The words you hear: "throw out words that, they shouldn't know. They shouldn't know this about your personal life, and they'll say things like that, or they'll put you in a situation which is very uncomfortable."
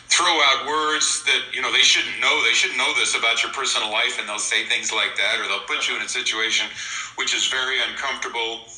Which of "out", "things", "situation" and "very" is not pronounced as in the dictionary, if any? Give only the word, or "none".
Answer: none